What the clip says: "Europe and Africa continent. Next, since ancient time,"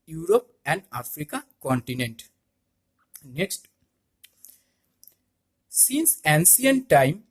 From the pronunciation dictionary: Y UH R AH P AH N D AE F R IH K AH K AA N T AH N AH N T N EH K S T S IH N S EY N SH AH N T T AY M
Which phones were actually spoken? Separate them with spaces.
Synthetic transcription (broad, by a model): Y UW R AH P AH N D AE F R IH K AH K AA N T AH N AH N T N EH K S T S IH N S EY N S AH N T T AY M